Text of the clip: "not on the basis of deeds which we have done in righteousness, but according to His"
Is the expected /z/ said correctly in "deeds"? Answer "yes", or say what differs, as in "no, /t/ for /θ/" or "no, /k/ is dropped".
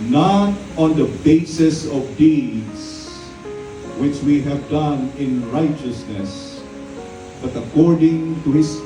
no, /s/ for /z/